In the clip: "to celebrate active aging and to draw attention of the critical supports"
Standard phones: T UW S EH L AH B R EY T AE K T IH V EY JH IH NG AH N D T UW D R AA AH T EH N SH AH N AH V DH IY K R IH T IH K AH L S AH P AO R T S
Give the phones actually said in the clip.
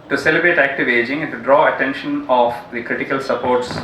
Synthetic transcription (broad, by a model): T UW S EH L AH B R EY T AE K T IH V EY JH IH NG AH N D T UW D R AA AH T EH N SH AH N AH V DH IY K R IH T IH K AH L S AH P AO R T S